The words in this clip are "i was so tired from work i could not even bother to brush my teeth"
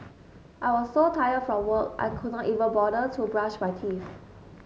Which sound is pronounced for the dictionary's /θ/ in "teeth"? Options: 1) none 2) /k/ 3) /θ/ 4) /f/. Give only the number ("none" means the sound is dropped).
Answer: 4